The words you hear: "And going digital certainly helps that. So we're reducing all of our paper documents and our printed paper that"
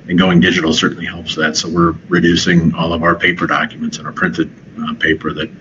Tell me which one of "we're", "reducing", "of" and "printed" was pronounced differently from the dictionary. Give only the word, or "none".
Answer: none